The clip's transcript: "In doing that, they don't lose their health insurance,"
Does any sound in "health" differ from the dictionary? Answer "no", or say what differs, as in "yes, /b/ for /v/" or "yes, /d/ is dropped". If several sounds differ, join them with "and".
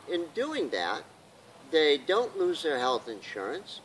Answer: no